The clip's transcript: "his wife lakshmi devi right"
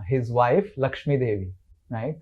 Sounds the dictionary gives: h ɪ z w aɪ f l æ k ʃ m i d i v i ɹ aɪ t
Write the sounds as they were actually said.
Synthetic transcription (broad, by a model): h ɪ z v aɪ f l æ k ʃ m i d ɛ v i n aɪ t